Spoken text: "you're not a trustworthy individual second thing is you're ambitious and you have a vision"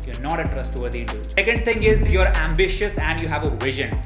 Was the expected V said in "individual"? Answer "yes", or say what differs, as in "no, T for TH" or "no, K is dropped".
no, V is dropped